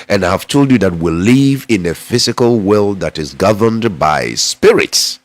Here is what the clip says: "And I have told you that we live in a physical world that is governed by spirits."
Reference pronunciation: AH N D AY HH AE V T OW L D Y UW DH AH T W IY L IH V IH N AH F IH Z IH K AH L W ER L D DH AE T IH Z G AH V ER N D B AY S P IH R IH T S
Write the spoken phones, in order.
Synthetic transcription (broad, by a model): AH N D AY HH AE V T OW L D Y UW DH AH T W IY L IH V IH N AH F IH Z IH K AH L W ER L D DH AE T IH Z G AH V ER N D B AY S P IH R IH T S